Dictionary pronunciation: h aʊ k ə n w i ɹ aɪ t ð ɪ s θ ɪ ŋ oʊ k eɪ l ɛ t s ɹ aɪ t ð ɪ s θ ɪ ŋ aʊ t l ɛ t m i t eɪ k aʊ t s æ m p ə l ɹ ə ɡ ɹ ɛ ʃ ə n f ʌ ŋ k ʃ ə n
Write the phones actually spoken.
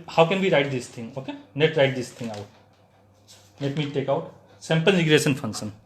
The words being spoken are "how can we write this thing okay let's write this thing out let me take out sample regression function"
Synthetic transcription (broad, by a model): h aʊ k ə n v i ɹ aɪ t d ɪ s t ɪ ŋ oʊ k eɪ n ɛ t ɹ aɪ t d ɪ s t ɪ ŋ aʊ t n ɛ t m i t eɪ k aʊ t s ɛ m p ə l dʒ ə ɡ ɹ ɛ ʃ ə n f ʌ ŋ k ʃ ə n